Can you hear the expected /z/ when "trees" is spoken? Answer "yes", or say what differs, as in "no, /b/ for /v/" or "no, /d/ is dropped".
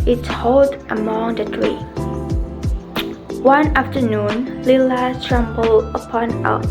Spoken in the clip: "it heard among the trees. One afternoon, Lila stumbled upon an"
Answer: no, /z/ is dropped